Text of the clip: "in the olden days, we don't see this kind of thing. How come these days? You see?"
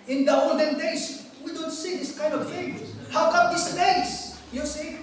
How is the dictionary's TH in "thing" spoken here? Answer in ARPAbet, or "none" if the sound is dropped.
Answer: F